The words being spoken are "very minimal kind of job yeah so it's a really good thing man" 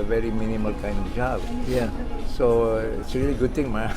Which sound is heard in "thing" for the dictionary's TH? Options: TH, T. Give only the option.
T